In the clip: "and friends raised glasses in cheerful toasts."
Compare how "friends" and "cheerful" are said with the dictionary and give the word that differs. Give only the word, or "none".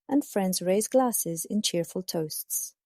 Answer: none